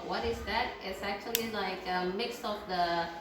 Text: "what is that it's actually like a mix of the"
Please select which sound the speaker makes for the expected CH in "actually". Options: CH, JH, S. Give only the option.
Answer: CH